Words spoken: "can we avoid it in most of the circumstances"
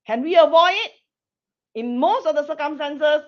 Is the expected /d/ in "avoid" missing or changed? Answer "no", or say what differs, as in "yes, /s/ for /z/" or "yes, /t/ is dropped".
yes, /d/ is dropped